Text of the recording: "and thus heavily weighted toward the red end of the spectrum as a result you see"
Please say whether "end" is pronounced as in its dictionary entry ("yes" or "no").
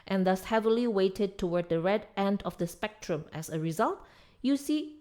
yes